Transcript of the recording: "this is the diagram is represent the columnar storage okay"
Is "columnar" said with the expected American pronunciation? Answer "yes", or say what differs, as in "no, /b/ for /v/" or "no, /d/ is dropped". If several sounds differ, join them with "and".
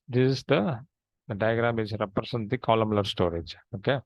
no, /l/ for /n/